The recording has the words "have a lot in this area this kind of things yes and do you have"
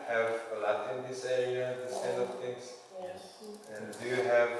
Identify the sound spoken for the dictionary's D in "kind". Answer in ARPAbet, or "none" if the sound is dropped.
none